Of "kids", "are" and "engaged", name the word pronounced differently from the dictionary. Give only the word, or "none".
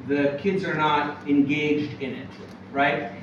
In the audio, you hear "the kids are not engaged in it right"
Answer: none